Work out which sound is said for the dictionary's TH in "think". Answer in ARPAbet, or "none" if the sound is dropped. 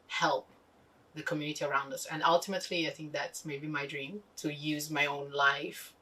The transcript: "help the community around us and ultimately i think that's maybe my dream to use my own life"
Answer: TH